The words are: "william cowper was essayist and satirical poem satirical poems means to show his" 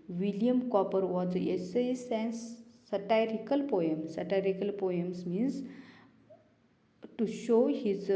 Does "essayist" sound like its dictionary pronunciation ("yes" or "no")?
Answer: no